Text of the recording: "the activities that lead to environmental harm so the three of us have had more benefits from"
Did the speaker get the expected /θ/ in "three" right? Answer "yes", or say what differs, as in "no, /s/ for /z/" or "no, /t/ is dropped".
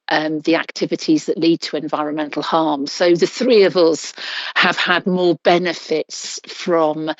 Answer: yes